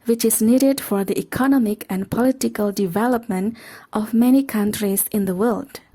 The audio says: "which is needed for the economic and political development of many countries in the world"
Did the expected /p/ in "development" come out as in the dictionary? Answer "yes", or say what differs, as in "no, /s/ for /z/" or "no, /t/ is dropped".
yes